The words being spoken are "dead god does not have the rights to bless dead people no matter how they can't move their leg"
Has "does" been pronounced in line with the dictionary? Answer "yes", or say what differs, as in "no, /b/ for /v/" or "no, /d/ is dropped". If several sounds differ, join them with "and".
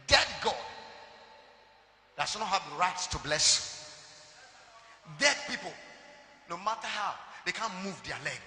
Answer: no, /s/ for /z/